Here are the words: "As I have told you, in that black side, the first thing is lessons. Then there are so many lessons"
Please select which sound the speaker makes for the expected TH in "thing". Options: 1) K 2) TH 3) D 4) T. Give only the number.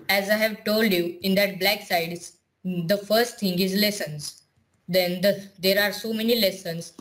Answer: 4